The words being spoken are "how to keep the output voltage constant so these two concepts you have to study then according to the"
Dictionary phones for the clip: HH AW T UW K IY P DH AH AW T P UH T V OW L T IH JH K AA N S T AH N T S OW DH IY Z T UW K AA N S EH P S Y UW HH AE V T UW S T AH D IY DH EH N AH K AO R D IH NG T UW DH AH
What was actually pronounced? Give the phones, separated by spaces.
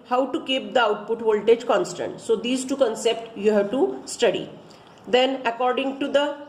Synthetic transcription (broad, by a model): HH AW T UW K IY P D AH AW T P UH T V OW L T IH JH K AA N S T AH N T S OW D IY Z T UW K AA N S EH P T Y UW HH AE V T UW S T AH D IY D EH N AH K AO R D IH NG T UW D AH